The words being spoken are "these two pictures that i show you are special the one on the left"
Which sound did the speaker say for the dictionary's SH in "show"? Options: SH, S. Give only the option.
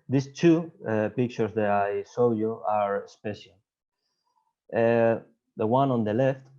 S